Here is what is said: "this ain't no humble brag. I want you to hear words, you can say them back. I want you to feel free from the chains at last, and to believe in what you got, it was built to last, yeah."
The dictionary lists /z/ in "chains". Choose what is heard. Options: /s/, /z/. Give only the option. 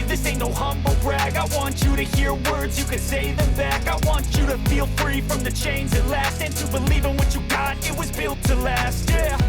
/z/